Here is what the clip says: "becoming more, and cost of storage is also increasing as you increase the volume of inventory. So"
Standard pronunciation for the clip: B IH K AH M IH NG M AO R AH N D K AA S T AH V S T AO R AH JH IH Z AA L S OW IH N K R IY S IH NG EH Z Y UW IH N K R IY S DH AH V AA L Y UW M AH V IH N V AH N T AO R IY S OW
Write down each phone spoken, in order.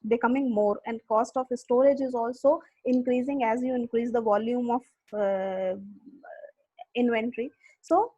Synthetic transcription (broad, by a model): B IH K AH M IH NG M AO R AH N D K AA S T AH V S T AO R AH JH IH Z AA L S OW IH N K R IY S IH NG EH Z Y UW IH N K R IY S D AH V AA L Y UW M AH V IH N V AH N T R IY S OW